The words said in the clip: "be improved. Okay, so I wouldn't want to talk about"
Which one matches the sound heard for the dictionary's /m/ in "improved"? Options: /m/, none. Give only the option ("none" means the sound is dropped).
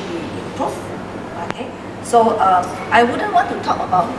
none